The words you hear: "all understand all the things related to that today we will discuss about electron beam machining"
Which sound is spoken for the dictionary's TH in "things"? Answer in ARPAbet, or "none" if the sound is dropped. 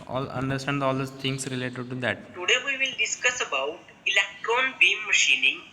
T